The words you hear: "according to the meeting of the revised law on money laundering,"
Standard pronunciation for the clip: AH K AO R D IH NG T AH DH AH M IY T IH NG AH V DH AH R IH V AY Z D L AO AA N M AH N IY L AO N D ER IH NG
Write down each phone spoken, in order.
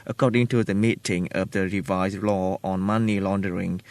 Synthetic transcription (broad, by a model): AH K AO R D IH NG T AH DH AH M IY T IH NG AH V DH AH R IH V AY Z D L AO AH N M AH N IY L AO N D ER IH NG